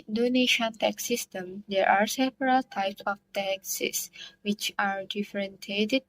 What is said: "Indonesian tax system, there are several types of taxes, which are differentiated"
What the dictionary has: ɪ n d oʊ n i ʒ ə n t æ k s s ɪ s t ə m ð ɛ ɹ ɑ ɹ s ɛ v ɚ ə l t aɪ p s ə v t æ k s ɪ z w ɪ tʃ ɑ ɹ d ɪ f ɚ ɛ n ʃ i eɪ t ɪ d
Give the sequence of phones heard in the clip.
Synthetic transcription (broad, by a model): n d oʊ n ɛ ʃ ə n t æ k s s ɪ s t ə m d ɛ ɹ ɑ ɹ s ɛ p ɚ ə l t aɪ p s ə f t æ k s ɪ s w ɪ tʃ ɑ ɹ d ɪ f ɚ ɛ n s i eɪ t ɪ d